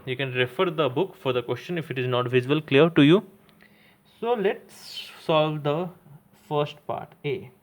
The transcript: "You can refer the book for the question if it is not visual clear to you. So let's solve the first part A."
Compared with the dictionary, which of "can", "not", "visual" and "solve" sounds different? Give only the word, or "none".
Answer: visual